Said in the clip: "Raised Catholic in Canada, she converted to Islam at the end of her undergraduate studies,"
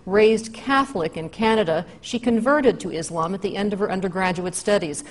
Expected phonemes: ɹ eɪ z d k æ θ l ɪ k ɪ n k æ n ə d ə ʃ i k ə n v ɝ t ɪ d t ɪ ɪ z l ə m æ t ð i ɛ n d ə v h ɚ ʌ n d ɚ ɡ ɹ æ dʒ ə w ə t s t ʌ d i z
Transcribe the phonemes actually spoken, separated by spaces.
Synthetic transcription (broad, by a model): ɹ eɪ z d k æ θ l ɪ k ɪ n k æ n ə d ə ʃ i k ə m v ɝ t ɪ d t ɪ ɪ z l ə m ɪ t ð i ɛ n d ə v ɚ ʌ n d ɚ ɡ ɹ æ dʒ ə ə t s t ʌ d i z